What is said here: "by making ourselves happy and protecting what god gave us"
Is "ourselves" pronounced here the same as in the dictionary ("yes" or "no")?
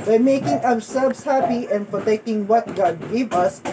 no